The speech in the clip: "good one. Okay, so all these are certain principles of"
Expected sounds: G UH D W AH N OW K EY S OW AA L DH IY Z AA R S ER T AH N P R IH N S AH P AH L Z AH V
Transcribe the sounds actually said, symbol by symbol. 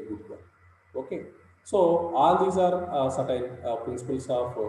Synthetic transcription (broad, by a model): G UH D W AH OW K EY S OW AA L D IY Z AA R S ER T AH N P R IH N S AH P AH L S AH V